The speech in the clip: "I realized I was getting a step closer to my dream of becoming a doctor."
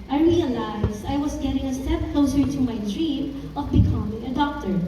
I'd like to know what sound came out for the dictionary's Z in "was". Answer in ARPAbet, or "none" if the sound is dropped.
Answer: S